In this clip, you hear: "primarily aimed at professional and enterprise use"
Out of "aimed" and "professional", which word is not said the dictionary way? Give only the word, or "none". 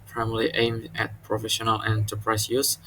none